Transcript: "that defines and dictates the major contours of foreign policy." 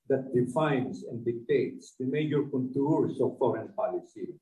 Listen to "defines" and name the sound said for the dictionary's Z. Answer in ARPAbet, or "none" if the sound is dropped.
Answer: S